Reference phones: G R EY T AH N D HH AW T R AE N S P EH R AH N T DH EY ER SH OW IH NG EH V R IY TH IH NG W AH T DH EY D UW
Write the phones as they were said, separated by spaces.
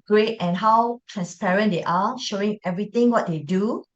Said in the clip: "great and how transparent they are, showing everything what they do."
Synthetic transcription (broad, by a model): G R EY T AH N HH AW T R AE N S P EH R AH N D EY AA SH OW IH NG EH V R IY T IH NG W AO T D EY D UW